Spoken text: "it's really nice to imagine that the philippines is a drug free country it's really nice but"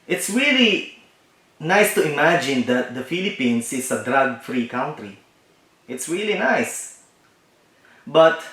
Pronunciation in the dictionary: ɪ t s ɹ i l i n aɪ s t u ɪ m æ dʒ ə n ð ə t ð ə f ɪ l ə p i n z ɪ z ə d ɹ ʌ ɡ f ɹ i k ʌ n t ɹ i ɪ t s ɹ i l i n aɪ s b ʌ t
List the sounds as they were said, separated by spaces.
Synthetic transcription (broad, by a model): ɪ t s ɹ i l i n aɪ s t u ɪ m æ dʒ ə n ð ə t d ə f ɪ l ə p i n s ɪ s ə d ɹ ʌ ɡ f ɹ i k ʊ n t ɹ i ɪ t s ɹ i l i n aɪ s b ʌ t